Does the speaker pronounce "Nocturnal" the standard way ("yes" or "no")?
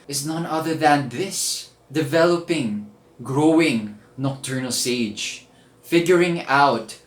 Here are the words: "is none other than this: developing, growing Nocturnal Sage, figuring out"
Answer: yes